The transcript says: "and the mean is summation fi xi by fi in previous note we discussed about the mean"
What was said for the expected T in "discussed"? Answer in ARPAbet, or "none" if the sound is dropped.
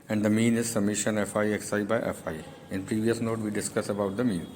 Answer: none